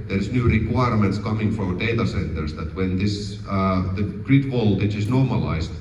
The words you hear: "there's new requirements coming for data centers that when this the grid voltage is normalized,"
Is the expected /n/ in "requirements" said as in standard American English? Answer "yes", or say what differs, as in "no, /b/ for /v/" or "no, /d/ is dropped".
yes